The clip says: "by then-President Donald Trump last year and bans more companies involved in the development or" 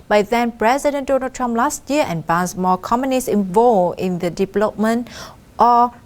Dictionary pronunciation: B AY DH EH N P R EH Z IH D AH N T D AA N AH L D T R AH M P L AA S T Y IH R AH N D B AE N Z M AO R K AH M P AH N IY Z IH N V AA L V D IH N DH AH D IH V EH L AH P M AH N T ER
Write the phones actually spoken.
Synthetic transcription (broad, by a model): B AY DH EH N P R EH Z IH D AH N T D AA N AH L T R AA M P L AA S T Y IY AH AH N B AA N S M AO K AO M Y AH N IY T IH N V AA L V IH N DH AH D IH V EH L AH P M AH N T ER